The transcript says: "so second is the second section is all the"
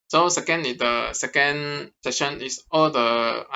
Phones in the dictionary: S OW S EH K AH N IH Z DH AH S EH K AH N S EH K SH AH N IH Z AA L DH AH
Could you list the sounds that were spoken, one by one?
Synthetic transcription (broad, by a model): S OW S EH K AH N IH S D AH S EH K AH N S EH SH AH N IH S AA L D AH